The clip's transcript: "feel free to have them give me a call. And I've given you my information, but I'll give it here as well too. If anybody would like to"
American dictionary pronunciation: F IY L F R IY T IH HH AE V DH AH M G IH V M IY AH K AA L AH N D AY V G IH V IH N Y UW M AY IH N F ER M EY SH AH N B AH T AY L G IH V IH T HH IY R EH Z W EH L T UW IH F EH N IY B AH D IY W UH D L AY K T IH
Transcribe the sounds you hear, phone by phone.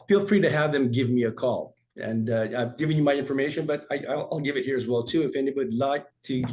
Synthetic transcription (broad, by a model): F IY L F R IY T IH HH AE V DH AH M G IH V M IY AH K AA L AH N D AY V G IH V IH N Y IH M AY IH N F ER M EY SH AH N B AH T AY L G IH V IH T HH IY R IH Z W EH L T UW IH F EH N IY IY W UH D L AY K T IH